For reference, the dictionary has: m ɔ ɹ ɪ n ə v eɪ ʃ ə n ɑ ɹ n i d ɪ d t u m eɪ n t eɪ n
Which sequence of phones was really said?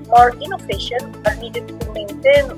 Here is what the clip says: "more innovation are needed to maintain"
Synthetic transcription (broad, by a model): m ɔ ɹ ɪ n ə p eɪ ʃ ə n ɑ ɹ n i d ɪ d t u m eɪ n t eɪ n